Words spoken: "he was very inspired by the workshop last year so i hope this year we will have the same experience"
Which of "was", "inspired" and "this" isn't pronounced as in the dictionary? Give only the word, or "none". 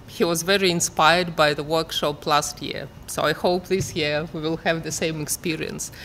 none